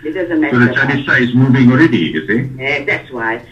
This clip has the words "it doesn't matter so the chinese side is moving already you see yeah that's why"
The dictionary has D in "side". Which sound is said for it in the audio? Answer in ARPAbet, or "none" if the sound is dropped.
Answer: none